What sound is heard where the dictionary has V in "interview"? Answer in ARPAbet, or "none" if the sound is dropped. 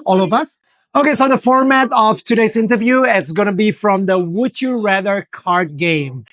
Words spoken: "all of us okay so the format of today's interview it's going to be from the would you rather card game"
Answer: V